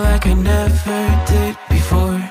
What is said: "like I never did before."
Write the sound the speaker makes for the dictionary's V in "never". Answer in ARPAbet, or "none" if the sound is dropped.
V